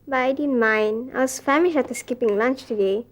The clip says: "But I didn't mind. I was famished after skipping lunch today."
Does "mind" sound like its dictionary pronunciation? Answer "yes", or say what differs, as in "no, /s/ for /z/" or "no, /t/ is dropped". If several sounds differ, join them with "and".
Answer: no, /d/ is dropped